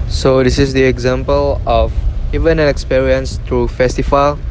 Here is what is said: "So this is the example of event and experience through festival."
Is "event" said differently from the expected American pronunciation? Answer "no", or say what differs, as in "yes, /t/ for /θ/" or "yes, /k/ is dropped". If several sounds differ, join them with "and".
yes, /t/ is dropped